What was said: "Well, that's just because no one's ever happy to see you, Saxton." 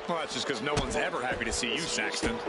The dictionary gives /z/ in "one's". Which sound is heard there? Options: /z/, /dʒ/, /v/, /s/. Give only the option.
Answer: /z/